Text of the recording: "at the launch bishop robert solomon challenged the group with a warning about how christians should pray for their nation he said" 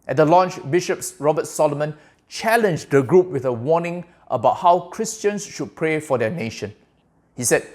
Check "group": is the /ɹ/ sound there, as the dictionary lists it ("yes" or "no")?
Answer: yes